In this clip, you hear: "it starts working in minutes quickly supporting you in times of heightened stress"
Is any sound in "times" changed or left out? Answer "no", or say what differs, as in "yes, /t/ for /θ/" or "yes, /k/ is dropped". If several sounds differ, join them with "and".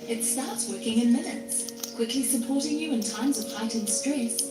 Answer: no